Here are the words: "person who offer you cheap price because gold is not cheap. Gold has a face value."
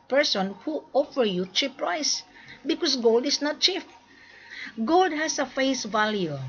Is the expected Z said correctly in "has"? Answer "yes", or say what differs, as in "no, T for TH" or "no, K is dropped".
no, S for Z